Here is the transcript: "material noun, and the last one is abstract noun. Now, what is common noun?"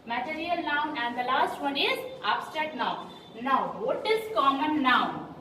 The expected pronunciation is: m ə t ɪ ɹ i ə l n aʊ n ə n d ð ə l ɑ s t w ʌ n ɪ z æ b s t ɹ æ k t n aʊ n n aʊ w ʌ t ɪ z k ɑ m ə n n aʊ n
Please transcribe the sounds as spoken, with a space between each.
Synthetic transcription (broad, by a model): m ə t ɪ ɹ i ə l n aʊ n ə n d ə l ɑ s t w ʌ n ɪ z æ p s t ɛ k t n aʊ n n aʊ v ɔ t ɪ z k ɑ m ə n n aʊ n